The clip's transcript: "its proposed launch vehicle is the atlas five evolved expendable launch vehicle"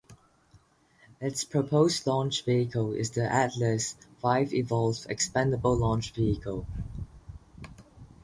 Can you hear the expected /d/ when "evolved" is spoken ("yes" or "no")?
no